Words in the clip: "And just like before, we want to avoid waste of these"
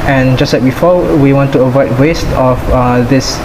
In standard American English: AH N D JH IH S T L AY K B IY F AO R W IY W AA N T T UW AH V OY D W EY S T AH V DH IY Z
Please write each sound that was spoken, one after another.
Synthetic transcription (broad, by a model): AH N JH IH S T L AY K B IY F AO W IY W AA N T T UW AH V OY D W EY S T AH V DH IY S